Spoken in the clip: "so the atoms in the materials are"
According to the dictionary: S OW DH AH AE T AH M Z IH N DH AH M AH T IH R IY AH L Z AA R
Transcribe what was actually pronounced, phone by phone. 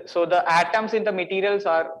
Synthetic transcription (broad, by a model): S OW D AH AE T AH M S IH N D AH M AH T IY R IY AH L S AA R